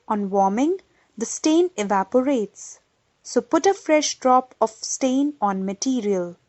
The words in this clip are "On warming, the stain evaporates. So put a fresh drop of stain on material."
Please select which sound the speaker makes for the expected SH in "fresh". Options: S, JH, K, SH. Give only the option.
SH